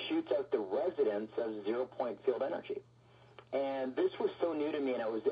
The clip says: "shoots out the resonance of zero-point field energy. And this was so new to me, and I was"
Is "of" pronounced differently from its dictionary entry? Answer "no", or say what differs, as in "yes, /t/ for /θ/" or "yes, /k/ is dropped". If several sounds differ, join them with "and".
no